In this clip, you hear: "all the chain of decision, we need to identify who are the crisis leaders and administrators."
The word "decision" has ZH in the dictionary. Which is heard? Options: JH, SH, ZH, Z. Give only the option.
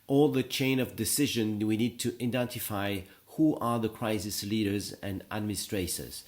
ZH